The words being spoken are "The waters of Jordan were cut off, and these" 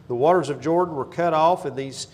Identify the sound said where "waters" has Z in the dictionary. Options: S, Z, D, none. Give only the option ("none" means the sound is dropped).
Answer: Z